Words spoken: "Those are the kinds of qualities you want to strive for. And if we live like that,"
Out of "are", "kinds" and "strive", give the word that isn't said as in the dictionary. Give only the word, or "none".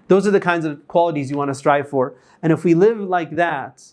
none